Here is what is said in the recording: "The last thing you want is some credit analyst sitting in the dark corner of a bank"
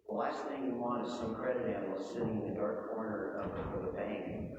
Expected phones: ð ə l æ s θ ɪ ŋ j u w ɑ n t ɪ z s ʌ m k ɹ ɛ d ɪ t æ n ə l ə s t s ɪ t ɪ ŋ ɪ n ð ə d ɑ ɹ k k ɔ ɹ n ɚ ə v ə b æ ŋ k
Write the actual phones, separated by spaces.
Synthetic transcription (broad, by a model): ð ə l æ s θ ɪ ŋ j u w ɑ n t ɪ z s ʌ m k ɹ ɛ d ɪ t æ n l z s ɪ t ɪ ŋ ɪ n ð ə d ɑ ɹ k k ɔ ɹ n ɚ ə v ə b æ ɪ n